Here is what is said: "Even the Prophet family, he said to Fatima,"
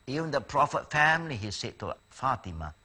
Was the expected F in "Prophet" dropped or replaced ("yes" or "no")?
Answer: no